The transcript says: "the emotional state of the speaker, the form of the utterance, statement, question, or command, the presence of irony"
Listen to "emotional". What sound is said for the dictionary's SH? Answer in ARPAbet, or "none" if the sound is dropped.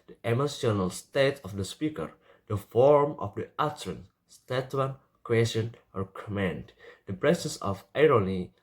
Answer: S